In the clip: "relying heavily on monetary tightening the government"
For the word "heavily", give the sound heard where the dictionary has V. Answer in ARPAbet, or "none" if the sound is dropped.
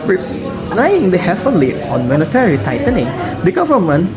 F